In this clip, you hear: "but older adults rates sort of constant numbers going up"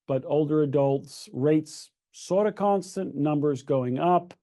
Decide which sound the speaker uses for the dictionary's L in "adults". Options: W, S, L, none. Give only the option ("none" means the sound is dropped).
L